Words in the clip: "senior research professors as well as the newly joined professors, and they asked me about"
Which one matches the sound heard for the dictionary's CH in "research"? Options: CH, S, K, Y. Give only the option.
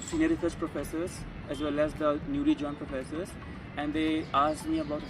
S